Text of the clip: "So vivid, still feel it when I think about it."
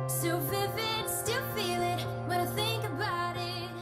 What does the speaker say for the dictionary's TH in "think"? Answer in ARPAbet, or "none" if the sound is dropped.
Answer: TH